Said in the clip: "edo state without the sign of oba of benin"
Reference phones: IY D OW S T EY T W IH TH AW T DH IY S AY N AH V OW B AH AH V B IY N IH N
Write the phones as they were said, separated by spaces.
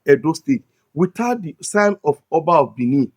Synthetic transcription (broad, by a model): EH D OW S T EY T W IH T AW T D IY S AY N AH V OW B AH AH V B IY N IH